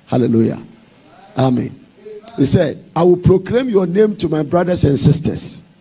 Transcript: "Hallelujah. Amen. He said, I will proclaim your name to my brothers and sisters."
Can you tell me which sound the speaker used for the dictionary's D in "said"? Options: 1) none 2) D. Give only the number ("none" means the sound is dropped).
2